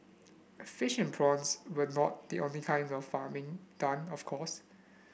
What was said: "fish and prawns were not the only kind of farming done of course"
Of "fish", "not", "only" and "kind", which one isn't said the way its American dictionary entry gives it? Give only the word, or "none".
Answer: none